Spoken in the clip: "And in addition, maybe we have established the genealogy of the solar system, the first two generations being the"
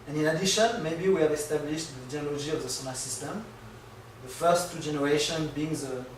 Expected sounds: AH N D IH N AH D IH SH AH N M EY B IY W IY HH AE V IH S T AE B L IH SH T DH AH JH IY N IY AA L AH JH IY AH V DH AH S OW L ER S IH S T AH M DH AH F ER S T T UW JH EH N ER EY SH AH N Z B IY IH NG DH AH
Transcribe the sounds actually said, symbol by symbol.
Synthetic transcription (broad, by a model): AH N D IH N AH D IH SH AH N M EY B IY W IY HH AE V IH S T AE B L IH SH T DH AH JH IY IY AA L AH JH IY AH V DH AH S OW N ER S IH S T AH M DH AH F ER S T T UW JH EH N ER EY SH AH N B IY IH NG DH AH